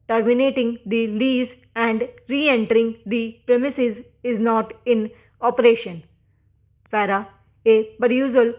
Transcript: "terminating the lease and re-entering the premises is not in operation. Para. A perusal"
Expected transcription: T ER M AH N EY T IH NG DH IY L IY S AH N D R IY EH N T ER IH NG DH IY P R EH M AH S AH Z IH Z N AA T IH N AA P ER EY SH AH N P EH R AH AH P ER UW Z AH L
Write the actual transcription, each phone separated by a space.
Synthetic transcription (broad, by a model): T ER M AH N EY T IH NG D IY L IY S AH N D R IY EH N T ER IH NG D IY P R EH M AH S AH Z IH Z N AA T IH N AA P ER EY SH AH N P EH R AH AH P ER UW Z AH L